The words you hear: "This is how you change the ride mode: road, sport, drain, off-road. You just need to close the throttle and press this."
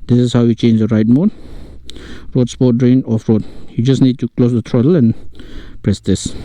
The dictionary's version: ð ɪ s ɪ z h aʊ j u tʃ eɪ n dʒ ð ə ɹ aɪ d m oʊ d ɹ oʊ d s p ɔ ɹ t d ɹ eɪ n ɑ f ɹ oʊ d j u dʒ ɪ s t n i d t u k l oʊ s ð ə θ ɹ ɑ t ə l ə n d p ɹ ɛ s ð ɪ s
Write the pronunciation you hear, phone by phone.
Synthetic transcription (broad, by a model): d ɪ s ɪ s h aʊ j u tʃ eɪ n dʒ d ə ɹ aɪ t m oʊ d ɹ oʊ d s p ɔ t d ɹ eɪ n ɑ f ɹ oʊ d j u dʒ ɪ s n i d t u k l oʊ s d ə t ɹ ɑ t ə l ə n p ɹ ɛ s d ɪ s